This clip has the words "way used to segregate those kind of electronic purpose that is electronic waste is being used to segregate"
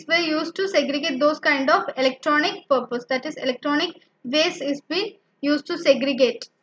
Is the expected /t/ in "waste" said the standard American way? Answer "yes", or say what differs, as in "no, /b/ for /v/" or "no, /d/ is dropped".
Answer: no, /t/ is dropped